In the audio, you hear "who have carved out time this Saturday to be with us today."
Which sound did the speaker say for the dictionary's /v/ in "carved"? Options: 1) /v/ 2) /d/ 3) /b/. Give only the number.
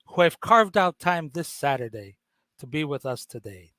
1